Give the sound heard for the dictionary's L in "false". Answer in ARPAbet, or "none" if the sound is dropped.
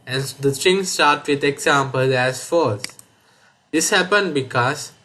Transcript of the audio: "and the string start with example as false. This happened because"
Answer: none